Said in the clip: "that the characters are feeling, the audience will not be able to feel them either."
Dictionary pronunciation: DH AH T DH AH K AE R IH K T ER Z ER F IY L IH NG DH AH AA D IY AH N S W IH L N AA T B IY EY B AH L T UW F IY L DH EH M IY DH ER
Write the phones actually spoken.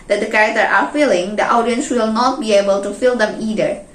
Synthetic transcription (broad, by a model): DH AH T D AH K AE R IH K T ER ER F IY L IH NG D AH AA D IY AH N S W IH L N AA T B IY EY B AH L T UW F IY L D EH M IY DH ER